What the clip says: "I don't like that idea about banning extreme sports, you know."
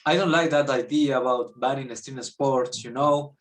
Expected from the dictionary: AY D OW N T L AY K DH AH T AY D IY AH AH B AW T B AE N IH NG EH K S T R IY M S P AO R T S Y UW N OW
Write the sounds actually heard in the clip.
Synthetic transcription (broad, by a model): AY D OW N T L AY K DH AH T AY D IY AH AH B AW T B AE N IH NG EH S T IY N S P AO R T S Y UW N OW